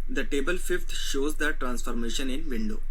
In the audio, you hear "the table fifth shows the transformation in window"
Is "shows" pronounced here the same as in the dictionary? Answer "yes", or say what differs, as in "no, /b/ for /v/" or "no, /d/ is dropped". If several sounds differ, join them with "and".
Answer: yes